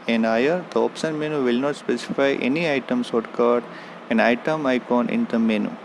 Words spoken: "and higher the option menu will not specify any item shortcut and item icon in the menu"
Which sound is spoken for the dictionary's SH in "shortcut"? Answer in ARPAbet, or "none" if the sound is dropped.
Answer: S